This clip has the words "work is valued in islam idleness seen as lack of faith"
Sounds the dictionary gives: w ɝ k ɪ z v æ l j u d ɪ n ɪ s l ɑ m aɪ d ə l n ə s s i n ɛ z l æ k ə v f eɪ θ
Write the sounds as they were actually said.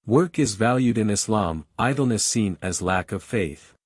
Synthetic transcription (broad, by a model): w ɝ k ɪ z v æ l j u d ɪ n ɪ s l ɑ m aɪ d l n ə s s i n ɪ z l æ k ə v f eɪ θ